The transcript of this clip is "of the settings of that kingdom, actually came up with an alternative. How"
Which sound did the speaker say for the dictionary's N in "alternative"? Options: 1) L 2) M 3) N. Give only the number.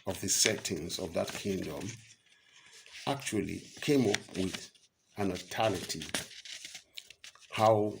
1